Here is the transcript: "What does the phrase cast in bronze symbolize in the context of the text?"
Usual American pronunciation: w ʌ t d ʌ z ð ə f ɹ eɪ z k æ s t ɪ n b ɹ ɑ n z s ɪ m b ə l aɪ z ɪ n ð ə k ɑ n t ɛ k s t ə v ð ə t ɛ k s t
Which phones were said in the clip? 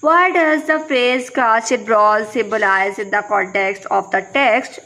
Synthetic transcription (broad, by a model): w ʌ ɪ d ʌ z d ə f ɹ eɪ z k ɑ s ɪ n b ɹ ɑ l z s ɪ m b ə l aɪ z ɪ n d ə k ɑ n t ɛ k s t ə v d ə t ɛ k s t